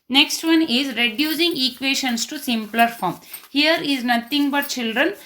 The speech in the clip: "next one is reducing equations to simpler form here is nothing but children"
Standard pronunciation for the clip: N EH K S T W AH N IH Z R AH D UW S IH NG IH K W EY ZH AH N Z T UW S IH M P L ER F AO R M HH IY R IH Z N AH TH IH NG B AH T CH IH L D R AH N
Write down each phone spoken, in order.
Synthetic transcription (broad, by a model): N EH K S T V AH N IH Z R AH D UW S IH NG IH K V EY SH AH N S T UW S IH M P L ER F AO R M HH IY R IH Z N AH T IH NG B AH T CH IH L D R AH N